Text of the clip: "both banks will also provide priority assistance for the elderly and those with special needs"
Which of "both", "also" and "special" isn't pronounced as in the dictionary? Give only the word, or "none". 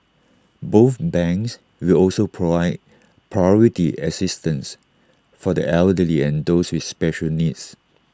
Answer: none